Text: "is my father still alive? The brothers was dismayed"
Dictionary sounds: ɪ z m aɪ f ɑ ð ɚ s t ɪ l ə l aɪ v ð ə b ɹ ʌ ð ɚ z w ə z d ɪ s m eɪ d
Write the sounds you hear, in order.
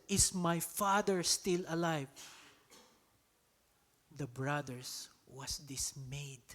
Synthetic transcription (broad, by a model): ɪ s m aɪ f ɑ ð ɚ s t ɪ l ə l aɪ v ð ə b ɹ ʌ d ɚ s w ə s d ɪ s m eɪ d